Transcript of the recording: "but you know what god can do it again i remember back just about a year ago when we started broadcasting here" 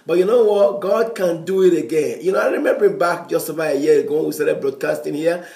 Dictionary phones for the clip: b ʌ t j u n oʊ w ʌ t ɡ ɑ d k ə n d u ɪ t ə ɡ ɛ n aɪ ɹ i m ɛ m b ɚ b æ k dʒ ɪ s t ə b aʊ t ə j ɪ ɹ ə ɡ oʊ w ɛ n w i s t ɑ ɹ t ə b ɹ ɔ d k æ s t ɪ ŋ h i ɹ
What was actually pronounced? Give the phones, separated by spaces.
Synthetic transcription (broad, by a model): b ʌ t j u n oʊ w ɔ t ɡ ɑ d k ə n d u ɪ t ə ɡ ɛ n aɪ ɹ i m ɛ m b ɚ b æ k dʒ ɪ s t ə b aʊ ə j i ə ɡ oʊ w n w i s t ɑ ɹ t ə b ɹ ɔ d k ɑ s t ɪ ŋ h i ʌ